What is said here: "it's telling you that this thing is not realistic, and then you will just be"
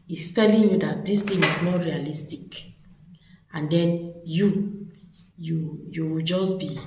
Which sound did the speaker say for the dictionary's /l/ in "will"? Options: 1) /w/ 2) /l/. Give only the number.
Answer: 1